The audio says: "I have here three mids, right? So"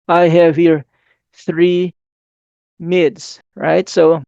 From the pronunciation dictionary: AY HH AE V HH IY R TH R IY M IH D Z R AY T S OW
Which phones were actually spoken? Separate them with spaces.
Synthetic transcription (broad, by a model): AY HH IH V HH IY R TH R IY M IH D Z R AY T S OW